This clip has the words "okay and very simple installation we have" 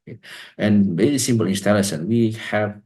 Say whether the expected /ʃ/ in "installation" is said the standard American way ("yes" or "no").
no